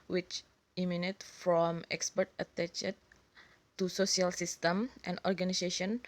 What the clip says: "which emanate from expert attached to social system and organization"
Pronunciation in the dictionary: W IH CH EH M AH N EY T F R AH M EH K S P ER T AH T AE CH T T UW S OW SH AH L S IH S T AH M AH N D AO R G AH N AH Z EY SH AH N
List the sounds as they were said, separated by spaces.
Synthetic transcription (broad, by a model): W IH CH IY M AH N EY T F R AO M EH K S P ER T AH T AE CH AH T UW S OW S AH L S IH S T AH M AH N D AO R G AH N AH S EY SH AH N